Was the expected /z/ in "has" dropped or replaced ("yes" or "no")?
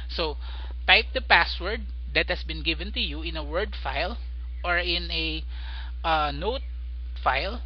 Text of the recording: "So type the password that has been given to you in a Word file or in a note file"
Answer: yes